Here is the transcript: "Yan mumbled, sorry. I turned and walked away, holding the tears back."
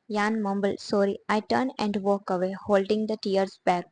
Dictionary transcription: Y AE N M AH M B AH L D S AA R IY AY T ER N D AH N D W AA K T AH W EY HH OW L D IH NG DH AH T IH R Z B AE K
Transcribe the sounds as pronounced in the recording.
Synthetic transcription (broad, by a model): Y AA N M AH M B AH L S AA R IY AY T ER N AH N D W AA K AH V EY HH OW L D IH NG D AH T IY R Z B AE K